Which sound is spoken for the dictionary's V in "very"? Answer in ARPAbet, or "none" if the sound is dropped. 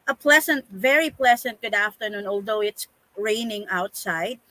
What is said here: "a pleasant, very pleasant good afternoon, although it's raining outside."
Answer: V